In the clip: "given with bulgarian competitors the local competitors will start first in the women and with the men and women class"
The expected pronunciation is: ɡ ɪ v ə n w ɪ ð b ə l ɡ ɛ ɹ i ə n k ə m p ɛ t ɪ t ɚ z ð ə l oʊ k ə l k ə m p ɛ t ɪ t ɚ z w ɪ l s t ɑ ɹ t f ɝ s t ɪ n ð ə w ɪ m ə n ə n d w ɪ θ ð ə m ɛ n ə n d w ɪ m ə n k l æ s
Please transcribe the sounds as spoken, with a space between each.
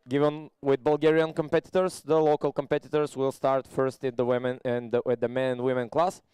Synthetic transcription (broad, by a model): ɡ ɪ v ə n w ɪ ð b ə l ɡ ɛ ɹ i ə n k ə m p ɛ t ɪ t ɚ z ð ə l oʊ k ə l k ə m p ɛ t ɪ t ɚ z w ɪ l s t ɑ ɹ t f ɝ s t ɪ n ð ə w ɪ m ə n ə n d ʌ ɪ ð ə m ɛ n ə n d w ɪ m ə n k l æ s